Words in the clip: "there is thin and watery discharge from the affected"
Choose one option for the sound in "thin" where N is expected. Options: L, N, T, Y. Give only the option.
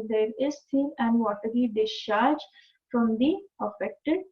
L